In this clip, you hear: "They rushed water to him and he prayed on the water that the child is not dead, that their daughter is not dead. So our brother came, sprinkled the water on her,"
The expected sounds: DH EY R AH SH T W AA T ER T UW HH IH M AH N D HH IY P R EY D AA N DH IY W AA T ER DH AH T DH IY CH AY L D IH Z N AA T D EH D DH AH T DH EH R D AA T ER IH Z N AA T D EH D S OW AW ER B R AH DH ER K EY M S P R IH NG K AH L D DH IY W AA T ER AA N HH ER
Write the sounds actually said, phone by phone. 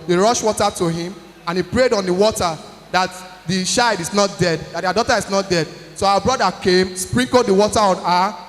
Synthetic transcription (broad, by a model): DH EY R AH SH W AA T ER T UW HH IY M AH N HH IY P R EY D AA N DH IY W AA T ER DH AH T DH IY SH AY D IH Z N AA T D EH D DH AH T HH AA D AA T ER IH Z N AA T D EH D S OW AW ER B R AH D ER K EY M S P R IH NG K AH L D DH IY W AA T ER AA N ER